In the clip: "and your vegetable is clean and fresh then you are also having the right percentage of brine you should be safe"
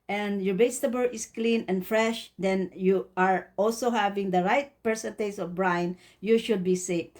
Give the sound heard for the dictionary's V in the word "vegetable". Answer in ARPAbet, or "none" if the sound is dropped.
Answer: B